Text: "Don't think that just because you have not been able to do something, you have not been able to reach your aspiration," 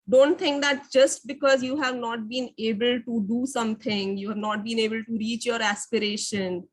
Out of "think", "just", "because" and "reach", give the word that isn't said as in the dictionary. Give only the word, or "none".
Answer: think